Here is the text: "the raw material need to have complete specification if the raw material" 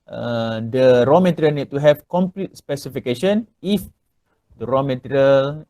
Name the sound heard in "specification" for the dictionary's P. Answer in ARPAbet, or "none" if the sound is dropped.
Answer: P